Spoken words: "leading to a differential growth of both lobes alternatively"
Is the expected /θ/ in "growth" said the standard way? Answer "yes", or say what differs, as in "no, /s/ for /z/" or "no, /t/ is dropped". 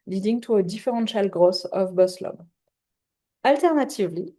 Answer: no, /s/ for /θ/